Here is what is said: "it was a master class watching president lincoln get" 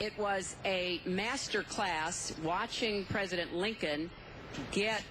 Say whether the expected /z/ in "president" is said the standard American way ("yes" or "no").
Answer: yes